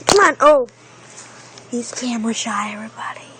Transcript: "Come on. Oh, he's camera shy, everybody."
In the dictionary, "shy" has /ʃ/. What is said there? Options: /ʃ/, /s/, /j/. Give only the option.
/ʃ/